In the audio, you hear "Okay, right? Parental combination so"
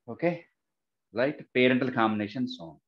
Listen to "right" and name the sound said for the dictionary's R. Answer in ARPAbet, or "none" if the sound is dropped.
L